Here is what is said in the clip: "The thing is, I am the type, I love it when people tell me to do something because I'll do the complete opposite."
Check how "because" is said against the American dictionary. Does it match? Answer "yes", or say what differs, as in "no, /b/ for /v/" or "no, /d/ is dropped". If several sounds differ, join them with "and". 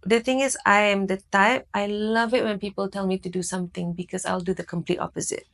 no, /s/ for /z/